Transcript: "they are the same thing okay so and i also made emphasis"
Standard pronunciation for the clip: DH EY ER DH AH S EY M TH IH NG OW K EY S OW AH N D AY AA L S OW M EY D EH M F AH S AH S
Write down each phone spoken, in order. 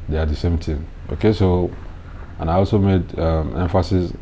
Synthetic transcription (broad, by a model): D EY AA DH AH S EY M T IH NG OW K EY S OW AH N AY AA L S OW M EY D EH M F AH S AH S